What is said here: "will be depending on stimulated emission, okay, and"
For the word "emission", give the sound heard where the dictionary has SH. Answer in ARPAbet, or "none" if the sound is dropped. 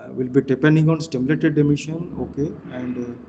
SH